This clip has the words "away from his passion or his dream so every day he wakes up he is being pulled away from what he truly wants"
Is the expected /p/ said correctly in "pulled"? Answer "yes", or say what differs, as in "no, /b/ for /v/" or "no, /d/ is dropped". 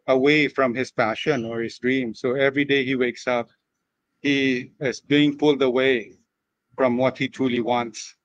no, /f/ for /p/